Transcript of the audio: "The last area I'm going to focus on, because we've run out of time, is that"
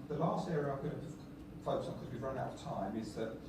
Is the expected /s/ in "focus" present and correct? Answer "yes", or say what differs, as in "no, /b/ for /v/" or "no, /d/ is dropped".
no, /s/ is dropped